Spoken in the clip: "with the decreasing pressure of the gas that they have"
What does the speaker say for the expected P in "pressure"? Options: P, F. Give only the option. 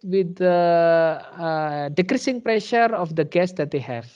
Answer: P